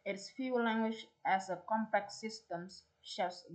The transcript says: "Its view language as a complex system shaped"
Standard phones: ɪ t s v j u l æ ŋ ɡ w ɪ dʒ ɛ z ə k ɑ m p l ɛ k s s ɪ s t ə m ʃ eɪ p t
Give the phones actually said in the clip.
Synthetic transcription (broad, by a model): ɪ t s f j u l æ ŋ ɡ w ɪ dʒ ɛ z ə k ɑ m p ɛ k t s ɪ s t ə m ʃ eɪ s